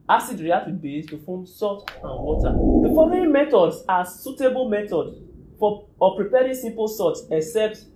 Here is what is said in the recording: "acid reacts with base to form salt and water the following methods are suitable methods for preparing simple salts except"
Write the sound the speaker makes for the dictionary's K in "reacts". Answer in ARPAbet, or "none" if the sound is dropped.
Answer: none